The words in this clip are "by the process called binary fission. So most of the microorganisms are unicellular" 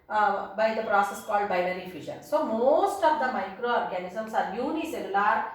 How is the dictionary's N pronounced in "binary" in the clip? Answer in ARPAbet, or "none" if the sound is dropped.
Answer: L